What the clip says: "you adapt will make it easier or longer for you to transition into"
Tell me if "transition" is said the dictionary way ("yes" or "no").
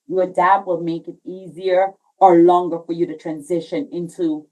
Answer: yes